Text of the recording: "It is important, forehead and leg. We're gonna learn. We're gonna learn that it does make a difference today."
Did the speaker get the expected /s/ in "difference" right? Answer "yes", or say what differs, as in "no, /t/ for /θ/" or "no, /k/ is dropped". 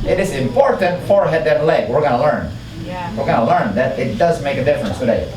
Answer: yes